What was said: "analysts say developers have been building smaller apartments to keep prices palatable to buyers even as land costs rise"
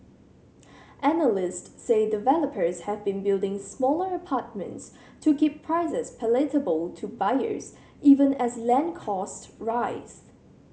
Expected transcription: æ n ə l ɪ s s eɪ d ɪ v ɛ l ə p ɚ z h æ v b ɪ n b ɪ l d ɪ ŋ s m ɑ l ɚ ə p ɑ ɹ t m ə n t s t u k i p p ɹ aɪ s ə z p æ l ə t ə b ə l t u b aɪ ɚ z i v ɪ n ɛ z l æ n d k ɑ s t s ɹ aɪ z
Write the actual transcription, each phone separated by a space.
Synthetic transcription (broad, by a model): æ n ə l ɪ s s eɪ d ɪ v ɛ l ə p ɚ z h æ v b ɪ n b ɪ l d ɪ ŋ s m ɑ l ɚ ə p ɑ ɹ t m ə n t s t u k i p p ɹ aɪ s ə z p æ l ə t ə b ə l t u b aɪ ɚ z i v ɪ n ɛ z l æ n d k ɑ s t ɹ aɪ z